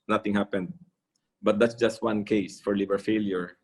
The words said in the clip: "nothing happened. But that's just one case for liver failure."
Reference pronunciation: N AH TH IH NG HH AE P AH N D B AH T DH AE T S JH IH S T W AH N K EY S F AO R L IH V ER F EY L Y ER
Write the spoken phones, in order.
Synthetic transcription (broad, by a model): N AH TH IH NG HH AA P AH N D B AH T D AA T S JH IH S T W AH N K EY S F AO R L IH B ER F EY L Y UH